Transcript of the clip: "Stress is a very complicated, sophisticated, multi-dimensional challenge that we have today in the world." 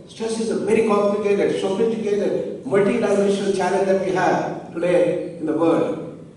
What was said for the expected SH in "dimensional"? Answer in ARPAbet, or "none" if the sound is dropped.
none